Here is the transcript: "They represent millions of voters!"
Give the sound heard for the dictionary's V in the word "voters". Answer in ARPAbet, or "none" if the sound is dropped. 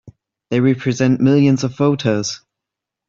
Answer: F